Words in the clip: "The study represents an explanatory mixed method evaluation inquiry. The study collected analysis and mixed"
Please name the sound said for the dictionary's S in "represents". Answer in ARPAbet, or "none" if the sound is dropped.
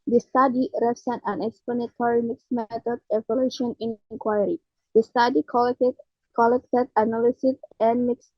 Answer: none